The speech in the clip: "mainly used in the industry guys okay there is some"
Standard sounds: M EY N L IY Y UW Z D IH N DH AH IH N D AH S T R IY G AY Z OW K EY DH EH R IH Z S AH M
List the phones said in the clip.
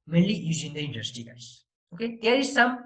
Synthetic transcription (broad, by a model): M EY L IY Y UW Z IH N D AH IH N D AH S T IY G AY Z OW K EY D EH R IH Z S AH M